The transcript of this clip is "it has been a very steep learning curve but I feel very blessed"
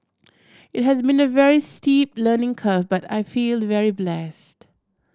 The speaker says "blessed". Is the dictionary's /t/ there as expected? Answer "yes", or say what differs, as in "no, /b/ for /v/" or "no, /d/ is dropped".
yes